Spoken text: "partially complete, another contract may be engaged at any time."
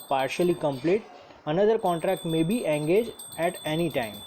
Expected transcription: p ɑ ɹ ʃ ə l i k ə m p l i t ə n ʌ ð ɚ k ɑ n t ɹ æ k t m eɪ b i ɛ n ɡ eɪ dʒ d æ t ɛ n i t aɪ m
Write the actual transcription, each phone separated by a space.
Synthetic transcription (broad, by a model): p ɑ ɹ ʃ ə l i k ə m p l i t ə n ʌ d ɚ k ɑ n t ɹ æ k t m eɪ b i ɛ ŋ ɡ eɪ dʒ æ t ɛ n i t aɪ m